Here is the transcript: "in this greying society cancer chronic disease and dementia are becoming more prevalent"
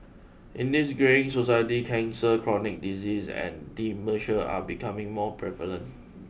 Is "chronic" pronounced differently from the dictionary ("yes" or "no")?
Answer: no